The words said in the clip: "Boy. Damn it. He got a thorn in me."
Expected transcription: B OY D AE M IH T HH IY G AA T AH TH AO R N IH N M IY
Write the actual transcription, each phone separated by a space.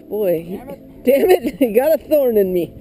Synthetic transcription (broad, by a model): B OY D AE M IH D HH IY G AA T AH TH AO R N IH N M IY